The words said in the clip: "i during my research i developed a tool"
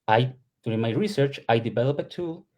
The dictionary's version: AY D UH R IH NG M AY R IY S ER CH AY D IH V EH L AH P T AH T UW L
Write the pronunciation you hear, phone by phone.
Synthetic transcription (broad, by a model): AY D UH R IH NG M AY R IY S ER CH AY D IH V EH L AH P AH T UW L